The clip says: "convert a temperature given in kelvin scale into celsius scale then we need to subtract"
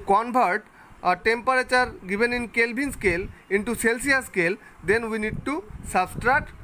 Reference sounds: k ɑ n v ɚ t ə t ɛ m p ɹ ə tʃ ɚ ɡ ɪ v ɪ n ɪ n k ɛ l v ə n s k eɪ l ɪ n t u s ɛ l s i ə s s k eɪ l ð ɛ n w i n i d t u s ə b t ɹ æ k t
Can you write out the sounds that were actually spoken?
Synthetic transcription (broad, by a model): k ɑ n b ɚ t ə t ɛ m p ɹ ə tʃ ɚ ɡ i b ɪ n ɪ n k ɛ l b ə n s k eɪ l ɪ n t u s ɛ l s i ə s s k eɪ l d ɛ n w i n i d t u s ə b t ɹ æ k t